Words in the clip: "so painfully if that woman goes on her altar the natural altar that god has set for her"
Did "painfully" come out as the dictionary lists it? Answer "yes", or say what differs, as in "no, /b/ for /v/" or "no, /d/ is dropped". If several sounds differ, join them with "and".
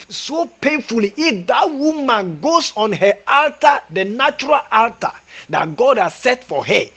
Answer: yes